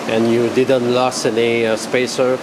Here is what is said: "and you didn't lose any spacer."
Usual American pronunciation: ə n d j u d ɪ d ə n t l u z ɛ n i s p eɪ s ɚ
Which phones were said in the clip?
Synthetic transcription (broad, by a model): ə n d j u d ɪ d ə n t l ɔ s ɛ n i s p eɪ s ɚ